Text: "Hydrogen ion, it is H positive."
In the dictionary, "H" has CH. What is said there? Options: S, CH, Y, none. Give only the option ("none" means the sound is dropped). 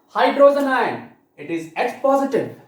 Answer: S